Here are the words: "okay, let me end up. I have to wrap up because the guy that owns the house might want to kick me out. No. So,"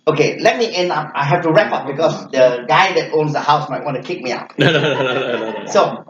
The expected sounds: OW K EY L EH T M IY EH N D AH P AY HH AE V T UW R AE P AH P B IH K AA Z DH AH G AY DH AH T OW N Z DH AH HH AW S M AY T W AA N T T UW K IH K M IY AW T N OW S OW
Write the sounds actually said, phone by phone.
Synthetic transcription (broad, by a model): OW K EY L EH T M IY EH N AH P AY HH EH F T UW R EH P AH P B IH K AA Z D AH G AY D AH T OW N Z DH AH HH AW S M AY T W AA N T T UW K IH K M IY AW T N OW S OW